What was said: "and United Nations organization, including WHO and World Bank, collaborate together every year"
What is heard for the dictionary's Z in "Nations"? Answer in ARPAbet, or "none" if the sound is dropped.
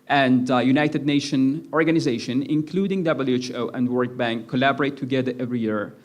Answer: none